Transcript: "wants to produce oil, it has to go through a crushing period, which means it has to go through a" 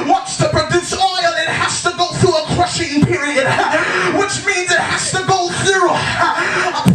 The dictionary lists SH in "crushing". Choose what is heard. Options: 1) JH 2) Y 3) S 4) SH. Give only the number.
4